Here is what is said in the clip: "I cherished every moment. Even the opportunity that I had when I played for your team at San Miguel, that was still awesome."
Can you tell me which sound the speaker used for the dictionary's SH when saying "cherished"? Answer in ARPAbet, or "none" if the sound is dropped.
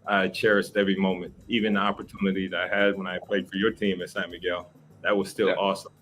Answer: S